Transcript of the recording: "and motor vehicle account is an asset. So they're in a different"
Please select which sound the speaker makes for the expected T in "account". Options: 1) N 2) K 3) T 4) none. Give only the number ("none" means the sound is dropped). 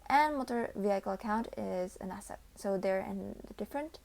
3